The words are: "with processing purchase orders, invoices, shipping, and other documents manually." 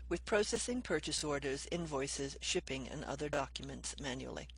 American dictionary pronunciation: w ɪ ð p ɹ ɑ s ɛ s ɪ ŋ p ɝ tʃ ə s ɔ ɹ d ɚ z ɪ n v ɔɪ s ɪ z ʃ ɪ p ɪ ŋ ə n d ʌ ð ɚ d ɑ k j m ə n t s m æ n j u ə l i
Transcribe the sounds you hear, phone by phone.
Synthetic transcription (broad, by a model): w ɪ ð p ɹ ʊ s ɛ s ɪ ŋ p ɝ tʃ ə s ɔ ɹ d ɚ z ɪ n v ɔɪ s ɪ z ʃ ɪ p ɪ ŋ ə n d ʌ ð ɚ d ɑ k j m ə n t s m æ n j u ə l i